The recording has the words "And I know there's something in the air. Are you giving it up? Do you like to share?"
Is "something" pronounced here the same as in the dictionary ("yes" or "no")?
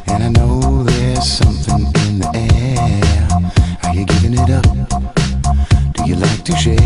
yes